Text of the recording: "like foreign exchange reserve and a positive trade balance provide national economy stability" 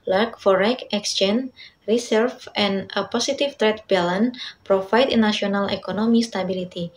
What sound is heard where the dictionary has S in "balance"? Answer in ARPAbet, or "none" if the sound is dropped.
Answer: none